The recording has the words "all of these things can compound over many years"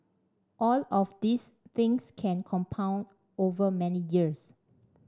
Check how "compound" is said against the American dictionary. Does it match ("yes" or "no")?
yes